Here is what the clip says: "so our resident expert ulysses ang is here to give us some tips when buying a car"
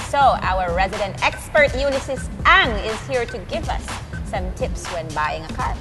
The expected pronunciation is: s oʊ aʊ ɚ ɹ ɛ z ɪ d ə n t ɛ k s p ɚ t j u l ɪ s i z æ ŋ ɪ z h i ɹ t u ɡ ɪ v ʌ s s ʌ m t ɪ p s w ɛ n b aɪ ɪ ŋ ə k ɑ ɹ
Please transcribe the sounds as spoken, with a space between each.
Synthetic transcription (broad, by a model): s oʊ aʊ ɚ ɹ ɛ z ɪ d ə n t ɛ k s p ɚ t j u n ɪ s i s æ ŋ ɪ z h i ɹ t u ɡ ɪ v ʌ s s ʌ m t ɪ p s w ɛ n b aɪ ɪ ŋ ə k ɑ ɹ